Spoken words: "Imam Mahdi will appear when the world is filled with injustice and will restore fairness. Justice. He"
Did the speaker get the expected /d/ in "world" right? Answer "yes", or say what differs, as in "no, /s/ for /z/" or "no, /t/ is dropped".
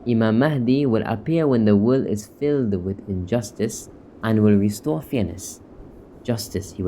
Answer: no, /d/ is dropped